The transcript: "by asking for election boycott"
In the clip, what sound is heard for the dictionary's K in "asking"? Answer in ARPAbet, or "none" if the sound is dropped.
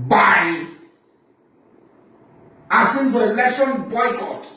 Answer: none